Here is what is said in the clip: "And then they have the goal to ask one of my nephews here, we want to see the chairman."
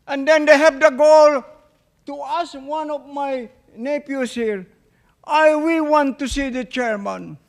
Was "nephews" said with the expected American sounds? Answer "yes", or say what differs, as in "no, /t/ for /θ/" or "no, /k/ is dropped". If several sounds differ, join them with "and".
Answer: no, /p/ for /f/ and /s/ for /z/